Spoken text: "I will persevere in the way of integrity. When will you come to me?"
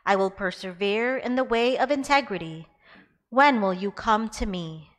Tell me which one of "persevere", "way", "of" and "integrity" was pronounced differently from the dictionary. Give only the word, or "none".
none